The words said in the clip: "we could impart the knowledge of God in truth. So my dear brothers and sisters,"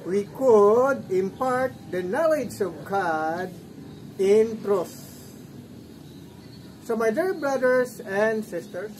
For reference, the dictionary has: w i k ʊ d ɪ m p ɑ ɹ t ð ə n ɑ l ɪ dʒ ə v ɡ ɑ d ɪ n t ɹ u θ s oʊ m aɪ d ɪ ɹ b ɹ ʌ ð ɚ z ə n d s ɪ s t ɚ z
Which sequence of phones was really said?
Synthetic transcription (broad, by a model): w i k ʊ d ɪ m p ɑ ɹ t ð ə n ɑ l ɪ dʒ ə v ɡ ɑ d ɪ n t ɹ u s s oʊ m aɪ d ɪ ɹ b ɹ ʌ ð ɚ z ə n d s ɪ s t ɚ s